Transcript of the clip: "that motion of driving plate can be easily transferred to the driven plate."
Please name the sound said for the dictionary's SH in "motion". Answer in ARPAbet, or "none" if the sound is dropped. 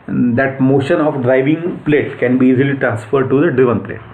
SH